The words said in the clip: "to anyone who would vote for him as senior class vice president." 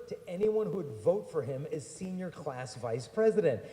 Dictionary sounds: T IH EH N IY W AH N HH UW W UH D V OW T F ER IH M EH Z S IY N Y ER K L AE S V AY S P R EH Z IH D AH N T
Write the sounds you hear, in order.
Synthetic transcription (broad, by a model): T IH EH N IY W AH N HH UW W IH D V OW T F ER IH M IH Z S IY N Y ER K L AE S V AY S P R EH Z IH D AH N T